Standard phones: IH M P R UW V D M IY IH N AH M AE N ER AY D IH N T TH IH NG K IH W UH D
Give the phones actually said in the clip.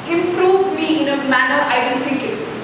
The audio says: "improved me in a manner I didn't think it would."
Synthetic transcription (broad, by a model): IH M P R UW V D M IY IH N AH M AE N ER AY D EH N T F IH K IH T